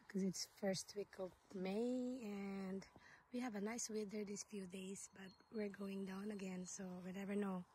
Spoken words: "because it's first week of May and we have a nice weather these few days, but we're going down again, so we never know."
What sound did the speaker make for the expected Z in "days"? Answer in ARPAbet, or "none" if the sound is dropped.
S